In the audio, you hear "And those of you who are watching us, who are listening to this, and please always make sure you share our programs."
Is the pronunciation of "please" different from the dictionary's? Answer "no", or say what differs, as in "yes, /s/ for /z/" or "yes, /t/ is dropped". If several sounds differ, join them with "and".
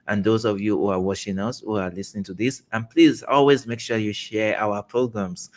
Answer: no